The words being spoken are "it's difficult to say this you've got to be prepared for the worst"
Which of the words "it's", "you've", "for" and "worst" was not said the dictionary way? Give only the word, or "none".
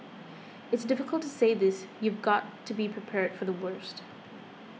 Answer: none